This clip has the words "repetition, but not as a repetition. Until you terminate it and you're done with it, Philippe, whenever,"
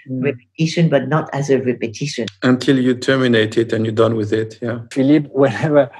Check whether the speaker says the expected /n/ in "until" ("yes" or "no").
yes